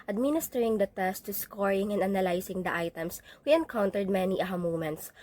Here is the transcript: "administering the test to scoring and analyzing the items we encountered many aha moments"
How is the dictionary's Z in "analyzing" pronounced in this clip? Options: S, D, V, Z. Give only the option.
S